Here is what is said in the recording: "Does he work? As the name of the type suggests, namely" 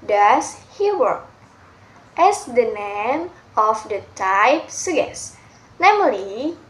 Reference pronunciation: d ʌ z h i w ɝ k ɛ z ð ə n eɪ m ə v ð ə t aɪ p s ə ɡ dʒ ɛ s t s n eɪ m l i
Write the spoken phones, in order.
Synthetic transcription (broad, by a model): d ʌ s h i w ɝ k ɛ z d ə n eɪ m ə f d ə t aɪ p s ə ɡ ɛ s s n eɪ m l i